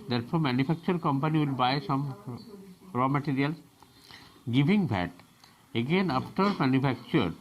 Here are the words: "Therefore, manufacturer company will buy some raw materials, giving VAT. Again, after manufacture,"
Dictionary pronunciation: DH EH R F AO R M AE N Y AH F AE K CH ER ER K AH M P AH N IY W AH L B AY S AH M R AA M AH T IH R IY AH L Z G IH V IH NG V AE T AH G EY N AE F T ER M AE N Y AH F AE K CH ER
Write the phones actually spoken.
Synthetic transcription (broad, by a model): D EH R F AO R M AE N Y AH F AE K CH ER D K AH M P AH N IY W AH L B AY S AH M R AA M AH T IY R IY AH L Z G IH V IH NG B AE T AH G EY N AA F T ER M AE N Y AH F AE K CH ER